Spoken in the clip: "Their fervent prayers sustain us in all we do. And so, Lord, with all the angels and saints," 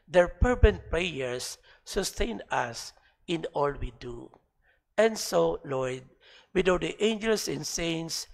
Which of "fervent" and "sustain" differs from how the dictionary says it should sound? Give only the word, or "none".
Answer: fervent